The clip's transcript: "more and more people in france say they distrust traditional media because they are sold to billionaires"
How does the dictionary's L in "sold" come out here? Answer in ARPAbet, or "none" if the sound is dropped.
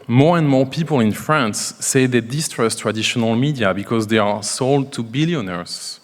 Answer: L